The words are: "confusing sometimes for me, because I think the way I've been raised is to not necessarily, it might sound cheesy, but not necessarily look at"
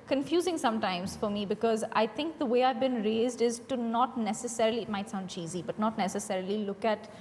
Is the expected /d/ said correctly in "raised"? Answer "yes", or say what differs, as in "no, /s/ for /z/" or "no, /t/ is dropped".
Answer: yes